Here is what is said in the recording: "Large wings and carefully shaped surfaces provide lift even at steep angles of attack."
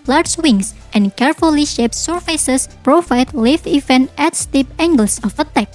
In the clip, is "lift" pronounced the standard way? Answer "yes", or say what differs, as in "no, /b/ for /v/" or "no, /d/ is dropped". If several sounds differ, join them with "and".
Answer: no, /t/ is dropped